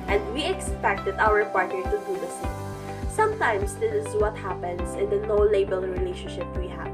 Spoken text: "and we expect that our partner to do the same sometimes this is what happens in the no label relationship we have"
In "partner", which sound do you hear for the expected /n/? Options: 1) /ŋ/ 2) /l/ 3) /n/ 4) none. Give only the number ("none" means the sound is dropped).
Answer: 4